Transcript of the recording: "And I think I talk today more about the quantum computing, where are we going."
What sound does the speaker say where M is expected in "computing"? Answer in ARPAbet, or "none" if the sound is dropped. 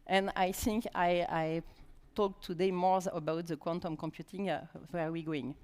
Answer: M